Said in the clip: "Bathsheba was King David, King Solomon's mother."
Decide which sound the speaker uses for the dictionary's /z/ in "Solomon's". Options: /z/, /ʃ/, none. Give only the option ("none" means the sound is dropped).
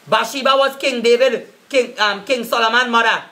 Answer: none